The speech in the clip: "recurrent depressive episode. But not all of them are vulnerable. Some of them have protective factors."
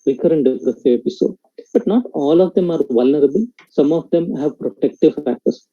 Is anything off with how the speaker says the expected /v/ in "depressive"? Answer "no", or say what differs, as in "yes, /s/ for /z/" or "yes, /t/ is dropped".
yes, /v/ is dropped